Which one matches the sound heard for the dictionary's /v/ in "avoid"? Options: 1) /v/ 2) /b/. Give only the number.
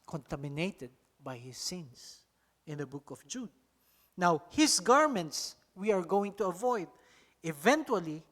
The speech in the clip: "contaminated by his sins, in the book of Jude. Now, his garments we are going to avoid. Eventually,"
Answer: 1